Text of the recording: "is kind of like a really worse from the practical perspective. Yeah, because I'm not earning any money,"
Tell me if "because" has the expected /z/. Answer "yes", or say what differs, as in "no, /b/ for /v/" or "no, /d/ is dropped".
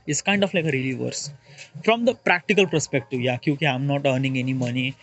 no, /z/ is dropped